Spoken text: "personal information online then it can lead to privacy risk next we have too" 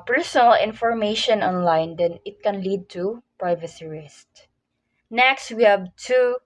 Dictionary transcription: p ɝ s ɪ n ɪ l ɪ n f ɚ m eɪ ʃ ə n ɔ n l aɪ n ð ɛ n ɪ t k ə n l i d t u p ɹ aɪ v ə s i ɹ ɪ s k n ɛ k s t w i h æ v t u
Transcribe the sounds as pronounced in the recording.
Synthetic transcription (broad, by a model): p ɝ s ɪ n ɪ l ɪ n f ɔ m eɪ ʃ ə n ɔ n l aɪ n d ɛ n ɪ t k ə n l i d t u p ɹ aɪ v ə s i ɹ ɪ s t n ɛ k s t w i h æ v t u